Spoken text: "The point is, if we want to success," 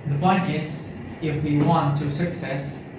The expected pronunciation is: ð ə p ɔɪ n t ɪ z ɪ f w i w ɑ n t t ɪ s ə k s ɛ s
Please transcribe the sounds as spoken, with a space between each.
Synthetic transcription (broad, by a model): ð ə b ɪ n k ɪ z ɪ f w i w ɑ n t t ɪ s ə k s ɛ s